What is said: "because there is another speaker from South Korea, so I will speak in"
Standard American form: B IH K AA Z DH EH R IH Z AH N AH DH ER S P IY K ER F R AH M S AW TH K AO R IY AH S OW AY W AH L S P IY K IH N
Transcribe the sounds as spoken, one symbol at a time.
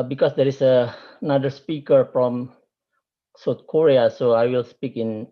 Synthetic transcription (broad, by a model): B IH K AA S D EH R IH S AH N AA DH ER S P IY K ER F R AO M S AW T K AO R IY AH S OW AY W AH L S P IY K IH N